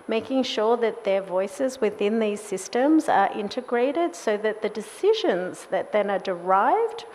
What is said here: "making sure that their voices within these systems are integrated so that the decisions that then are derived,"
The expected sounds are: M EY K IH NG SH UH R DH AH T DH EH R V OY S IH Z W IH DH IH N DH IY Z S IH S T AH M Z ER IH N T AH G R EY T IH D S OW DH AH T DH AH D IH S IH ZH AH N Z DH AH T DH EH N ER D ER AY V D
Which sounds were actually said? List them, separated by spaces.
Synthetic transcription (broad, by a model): M EY K IH NG SH UH R DH AH T DH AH R V OY S IH Z W IH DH IH N DH IY Z S IH S T AH M Z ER IH N T AH G R EY T IH D S OW DH AH T DH AH D IH S IH ZH AH N Z DH AH T DH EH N ER D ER AY V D